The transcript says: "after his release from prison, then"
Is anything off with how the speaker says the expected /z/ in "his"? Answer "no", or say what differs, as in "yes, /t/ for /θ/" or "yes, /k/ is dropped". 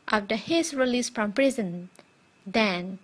yes, /s/ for /z/